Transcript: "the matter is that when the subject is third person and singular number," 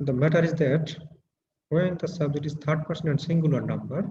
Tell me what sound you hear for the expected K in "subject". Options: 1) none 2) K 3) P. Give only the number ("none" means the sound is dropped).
1